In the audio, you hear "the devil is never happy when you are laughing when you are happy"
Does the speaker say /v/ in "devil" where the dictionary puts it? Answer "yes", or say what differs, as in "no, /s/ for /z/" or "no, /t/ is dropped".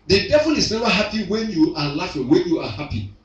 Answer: no, /f/ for /v/